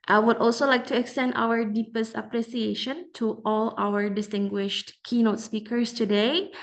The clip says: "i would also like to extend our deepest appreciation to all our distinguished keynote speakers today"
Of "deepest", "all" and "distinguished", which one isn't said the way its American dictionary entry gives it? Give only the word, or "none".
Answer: none